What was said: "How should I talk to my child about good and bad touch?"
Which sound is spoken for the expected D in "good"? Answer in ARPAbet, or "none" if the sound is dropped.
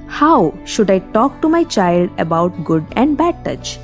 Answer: D